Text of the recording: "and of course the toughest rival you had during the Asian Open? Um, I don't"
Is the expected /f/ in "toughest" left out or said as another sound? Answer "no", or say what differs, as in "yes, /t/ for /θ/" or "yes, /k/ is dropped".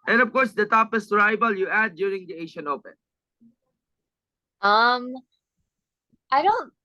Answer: yes, /p/ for /f/